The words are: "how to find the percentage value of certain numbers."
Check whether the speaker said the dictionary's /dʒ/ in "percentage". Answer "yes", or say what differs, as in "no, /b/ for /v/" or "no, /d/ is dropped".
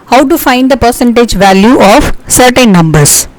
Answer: yes